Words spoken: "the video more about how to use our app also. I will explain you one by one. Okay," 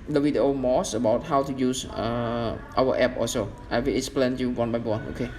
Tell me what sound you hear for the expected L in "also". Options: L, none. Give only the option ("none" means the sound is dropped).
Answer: none